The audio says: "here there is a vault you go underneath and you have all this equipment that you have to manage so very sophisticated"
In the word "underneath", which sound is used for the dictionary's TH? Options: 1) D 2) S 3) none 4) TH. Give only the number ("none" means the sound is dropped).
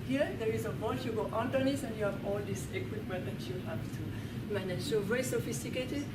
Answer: 2